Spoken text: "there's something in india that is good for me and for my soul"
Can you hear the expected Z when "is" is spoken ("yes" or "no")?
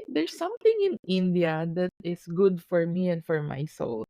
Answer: no